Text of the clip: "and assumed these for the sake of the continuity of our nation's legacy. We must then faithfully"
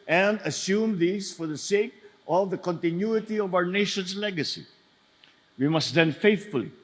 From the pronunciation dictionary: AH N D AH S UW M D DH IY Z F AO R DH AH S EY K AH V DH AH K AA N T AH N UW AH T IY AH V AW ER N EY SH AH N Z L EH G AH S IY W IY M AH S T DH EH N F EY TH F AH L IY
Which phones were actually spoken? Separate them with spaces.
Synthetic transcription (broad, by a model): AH N D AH S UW M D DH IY S F AO R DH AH S EY K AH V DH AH K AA N T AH N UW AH T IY AH V AW ER N EY SH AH N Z L EH G AH S IY W IY M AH S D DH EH N F EY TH F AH L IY